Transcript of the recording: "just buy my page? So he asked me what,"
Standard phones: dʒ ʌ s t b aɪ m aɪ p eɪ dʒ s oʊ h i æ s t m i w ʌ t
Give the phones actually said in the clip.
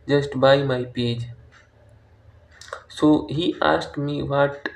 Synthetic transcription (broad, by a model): dʒ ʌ s t b aɪ m aɪ p eɪ dʒ s oʊ h i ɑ s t m i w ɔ t